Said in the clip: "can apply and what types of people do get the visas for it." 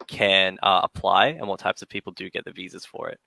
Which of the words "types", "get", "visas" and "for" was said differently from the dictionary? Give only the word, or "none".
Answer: none